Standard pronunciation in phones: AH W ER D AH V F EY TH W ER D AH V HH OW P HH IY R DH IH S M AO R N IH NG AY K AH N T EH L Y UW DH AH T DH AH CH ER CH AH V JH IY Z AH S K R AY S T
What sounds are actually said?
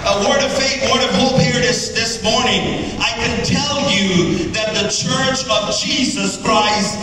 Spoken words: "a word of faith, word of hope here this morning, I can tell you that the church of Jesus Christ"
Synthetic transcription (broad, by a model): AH W ER D AH V F EY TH W ER D AH V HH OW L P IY R DH IH S M AO R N IH NG AY K AH N T EH L Y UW DH AH T DH AH CH ER CH AH V JH IY Z AH S K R AY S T